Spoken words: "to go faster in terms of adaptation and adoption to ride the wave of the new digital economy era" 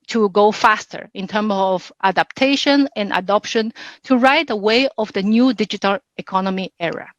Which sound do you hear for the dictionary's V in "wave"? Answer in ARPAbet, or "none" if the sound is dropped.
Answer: none